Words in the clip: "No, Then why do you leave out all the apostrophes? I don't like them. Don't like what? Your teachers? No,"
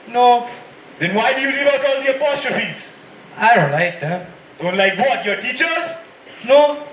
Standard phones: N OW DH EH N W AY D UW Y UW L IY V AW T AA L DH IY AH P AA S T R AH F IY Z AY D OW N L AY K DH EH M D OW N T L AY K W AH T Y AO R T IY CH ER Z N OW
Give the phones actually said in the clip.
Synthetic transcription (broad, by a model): N OW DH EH N W AY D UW Y UW N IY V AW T AA L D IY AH P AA S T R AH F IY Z AY D OW N L AY K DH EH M D OW N T L AY K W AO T Y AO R T IY CH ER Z N OW